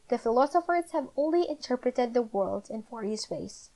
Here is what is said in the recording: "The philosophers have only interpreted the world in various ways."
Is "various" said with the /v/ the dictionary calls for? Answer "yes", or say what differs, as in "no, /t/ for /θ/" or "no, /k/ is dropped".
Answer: no, /f/ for /v/